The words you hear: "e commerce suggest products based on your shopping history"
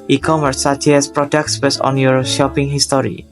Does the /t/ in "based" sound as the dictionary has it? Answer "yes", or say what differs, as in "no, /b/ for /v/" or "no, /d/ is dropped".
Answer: no, /t/ is dropped